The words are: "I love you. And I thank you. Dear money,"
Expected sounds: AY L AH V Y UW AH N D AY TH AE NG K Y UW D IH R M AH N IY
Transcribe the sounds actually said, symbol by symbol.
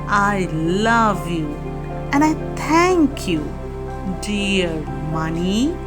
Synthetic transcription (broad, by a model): AY L AH V Y UW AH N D AY T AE NG K Y UW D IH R M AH N IY